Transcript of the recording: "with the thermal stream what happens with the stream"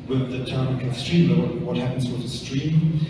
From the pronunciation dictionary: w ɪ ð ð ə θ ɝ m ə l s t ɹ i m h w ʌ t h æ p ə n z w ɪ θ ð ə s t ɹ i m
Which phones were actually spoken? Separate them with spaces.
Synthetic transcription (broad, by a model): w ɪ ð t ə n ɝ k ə s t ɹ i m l w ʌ t h æ p ə n z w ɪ ð ə s t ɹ i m